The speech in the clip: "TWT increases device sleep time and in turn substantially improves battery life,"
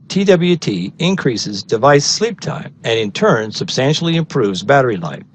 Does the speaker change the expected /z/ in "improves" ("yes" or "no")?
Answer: no